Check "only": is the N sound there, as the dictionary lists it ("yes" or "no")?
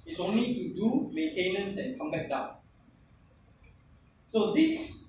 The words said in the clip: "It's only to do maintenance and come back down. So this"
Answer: yes